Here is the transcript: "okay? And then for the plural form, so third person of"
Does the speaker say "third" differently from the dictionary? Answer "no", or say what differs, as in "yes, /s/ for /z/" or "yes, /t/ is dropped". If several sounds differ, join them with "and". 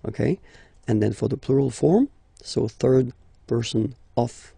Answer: no